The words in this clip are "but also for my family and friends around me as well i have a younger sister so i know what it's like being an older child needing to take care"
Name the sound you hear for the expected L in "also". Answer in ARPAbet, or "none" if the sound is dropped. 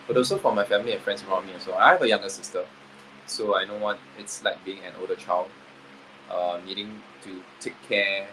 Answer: none